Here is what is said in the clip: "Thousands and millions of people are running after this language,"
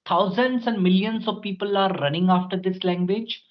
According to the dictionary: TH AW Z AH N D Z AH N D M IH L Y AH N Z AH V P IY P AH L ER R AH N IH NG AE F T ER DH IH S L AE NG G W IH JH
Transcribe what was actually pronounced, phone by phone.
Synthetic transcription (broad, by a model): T AW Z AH N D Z AH N D M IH L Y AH N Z AH V P IY P AH L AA R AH N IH NG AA F T ER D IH S L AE NG G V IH JH